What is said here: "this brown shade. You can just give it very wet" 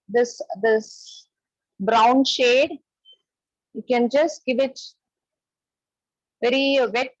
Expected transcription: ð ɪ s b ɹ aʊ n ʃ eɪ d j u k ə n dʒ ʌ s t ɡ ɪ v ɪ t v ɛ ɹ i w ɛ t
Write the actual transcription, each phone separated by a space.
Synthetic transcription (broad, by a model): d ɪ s b ɹ aʊ n ʃ eɪ d j u k ə n dʒ ʌ s t ɡ ɪ v ɪ t v ɛ ɹ i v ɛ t